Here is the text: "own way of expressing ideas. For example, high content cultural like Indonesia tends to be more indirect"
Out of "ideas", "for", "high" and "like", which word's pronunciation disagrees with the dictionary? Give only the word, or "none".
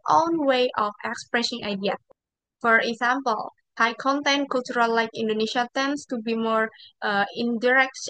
ideas